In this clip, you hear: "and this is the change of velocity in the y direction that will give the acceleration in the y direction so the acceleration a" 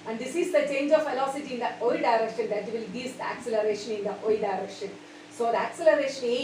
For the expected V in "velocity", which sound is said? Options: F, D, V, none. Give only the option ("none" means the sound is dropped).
F